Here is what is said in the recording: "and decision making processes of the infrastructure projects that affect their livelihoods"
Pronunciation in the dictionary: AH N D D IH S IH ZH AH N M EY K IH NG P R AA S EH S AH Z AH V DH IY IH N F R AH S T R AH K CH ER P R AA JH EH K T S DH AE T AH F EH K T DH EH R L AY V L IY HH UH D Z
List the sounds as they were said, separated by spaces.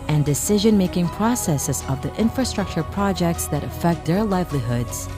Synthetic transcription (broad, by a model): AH N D D IH S IH ZH AH N M EY K IH NG P R AA S EH S AH Z AH V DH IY IH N F R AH S T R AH K CH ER P R AA JH EH K T S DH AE T AH F EH K T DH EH R L AY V L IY HH UH D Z